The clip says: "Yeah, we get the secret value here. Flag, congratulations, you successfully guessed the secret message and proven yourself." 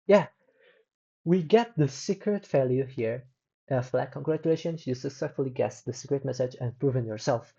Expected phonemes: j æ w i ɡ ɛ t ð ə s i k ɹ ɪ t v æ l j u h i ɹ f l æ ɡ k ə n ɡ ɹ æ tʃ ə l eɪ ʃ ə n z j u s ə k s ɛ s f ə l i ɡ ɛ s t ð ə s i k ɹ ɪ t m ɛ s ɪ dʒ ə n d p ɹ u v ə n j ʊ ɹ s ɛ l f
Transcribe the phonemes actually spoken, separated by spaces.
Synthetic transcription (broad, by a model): j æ w i ɡ ɛ t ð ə s i k ɹ ɪ t f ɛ l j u h i ɹ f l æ k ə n ɡ ɹ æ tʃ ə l eɪ ʃ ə n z j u s ə k s ɛ s f ə l i ɡ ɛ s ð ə s i k ɹ ɪ t m ɛ s ɪ dʒ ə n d p ɹ u v ə n j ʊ ɹ s ɛ l f